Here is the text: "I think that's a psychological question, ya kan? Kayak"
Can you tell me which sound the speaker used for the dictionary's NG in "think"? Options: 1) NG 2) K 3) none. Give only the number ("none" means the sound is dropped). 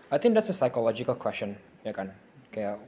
1